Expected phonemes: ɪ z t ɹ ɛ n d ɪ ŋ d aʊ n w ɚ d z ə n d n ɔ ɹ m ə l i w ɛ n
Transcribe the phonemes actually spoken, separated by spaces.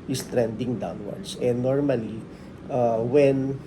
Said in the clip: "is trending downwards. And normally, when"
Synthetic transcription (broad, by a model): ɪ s t ɹ ɛ n d ɪ ŋ d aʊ n w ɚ d s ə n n ɔ ɹ m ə l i w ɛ n